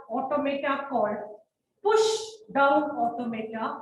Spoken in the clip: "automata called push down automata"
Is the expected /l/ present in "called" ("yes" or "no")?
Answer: no